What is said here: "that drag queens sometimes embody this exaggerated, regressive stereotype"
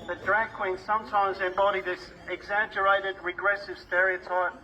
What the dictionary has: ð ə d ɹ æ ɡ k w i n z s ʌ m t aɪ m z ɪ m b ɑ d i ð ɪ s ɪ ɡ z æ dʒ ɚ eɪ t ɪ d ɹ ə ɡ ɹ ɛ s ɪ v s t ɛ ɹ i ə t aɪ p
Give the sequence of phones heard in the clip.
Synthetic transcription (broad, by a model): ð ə d ɹ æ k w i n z s ʌ m t aɪ m z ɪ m b ɑ d i ð ɪ s ɪ ɡ z æ dʒ ɚ eɪ t ɪ d ɹ ə ɡ ɹ ɛ s ɪ v s t ɛ ɹ i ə t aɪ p